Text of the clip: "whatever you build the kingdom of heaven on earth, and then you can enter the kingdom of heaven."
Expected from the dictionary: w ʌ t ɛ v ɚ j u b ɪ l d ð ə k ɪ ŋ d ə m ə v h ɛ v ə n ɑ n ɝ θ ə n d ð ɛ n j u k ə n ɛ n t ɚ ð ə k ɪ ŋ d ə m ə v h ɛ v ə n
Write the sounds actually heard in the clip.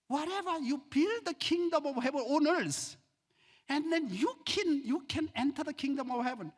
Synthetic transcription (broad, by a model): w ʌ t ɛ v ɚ j u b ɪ l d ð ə k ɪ ŋ d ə m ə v h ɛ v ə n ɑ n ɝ s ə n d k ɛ n j u k ə n ɛ n t ɚ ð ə k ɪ ŋ d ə m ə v h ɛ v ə n